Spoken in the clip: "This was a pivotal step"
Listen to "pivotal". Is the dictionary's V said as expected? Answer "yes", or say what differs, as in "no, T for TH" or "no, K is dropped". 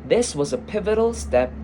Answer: yes